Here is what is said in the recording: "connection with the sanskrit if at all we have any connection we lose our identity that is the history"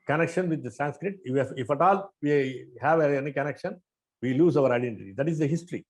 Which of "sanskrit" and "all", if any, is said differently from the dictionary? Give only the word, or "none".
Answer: none